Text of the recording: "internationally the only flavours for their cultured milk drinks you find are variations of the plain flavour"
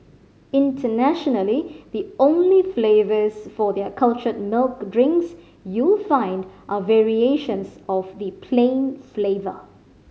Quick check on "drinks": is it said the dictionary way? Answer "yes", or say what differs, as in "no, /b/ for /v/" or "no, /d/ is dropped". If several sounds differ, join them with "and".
yes